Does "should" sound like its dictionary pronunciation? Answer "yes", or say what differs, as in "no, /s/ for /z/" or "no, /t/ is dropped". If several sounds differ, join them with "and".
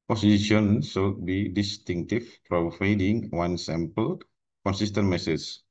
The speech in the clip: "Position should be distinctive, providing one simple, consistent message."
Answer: no, /s/ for /ʃ/